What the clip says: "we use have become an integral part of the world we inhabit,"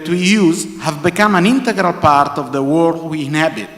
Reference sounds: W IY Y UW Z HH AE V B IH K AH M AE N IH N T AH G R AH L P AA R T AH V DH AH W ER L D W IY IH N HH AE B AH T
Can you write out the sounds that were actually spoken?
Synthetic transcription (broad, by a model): W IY Y UW Z HH AE V B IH K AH M AE N IH N T AH G R AH L P AA R T AH V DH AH W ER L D W IY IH N HH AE B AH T